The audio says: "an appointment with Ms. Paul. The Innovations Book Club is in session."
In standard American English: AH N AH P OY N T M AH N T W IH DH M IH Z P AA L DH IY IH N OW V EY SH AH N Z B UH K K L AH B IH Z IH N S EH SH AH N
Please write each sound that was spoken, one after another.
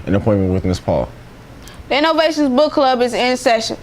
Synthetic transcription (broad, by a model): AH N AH P OY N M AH N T W IH DH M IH S P AA L DH IY IH N OW V EY SH AH N Z B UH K K L AH B IH Z IH N S EH SH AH N